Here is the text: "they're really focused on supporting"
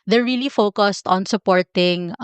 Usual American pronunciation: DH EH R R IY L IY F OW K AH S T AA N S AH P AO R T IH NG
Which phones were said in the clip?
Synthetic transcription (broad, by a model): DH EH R R IY L IY F OW K AH S T AA N S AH P AO R T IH NG